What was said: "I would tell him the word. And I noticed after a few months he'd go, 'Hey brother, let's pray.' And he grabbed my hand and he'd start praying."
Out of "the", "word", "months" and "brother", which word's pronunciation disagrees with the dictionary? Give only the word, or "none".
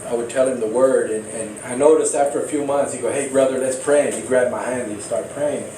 none